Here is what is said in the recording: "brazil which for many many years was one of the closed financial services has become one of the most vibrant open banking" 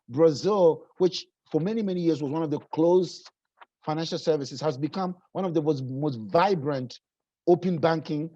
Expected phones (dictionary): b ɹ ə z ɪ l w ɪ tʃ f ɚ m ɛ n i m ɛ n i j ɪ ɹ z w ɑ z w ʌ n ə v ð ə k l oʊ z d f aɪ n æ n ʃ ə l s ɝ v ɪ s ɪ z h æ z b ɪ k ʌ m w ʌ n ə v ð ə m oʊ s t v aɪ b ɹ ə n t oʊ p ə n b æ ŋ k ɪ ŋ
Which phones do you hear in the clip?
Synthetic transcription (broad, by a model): b ɹ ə z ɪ l w ɪ tʃ f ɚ m ɛ n i m ɛ n i j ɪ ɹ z w ɑ z w ʌ n ə v ð ə k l oʊ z f aɪ n æ n ʃ ə l s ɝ v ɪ s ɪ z h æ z b ɪ k ʌ m w ʌ n ə v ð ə m oʊ s t v aɪ b ɹ ə n t oʊ p ə n b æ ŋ k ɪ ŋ